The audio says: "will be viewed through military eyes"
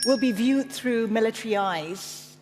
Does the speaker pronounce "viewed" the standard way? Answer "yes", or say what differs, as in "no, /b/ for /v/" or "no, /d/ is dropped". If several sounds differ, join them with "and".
yes